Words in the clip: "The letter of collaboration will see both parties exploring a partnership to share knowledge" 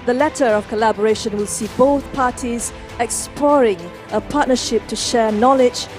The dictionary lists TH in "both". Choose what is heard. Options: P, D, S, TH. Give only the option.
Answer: TH